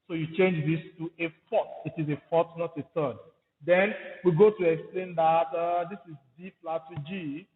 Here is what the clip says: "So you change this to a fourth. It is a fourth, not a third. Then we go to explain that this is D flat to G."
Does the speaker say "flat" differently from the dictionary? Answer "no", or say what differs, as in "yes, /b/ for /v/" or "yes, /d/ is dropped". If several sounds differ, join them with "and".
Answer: yes, /p/ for /f/